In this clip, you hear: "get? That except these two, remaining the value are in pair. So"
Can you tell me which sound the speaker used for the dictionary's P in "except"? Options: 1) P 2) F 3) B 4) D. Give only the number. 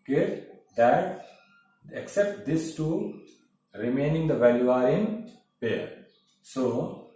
1